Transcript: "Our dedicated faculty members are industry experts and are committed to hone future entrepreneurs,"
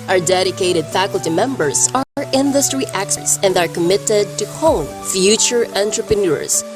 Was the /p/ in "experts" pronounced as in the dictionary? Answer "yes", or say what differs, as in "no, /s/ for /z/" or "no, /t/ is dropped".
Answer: no, /p/ is dropped